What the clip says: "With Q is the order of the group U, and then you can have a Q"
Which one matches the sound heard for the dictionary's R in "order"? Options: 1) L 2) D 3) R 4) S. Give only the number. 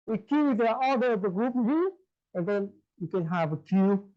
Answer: 1